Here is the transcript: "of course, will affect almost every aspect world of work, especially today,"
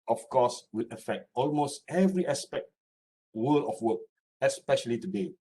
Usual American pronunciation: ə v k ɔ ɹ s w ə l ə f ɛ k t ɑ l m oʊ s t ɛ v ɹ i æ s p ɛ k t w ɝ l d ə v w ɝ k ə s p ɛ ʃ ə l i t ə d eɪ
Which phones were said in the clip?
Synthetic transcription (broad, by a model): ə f k ɔ s w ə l ə f ɛ k t ɑ l m oʊ s t ɛ v ɹ i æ s p ɛ k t w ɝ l ə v w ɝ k ə s p ɛ ʃ ə l i t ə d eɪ